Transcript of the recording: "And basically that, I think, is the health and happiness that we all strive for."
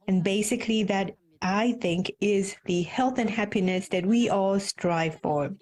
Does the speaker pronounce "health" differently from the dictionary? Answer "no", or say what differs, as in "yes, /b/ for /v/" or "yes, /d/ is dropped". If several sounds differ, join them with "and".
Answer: no